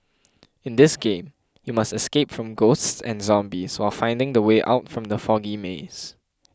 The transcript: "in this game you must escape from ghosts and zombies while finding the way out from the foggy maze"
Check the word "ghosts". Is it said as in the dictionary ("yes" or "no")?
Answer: yes